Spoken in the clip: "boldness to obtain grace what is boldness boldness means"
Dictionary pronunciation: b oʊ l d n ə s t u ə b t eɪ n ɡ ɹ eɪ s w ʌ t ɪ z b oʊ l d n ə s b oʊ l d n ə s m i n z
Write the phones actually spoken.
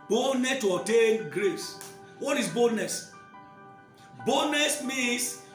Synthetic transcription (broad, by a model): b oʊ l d n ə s t u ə t eɪ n ɡ ɹ eɪ s w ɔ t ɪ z b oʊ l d n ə s b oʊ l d n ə s m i n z